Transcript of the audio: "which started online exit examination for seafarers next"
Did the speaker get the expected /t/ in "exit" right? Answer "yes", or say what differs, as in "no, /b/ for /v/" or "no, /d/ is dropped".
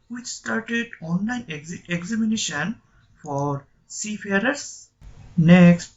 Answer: no, /t/ is dropped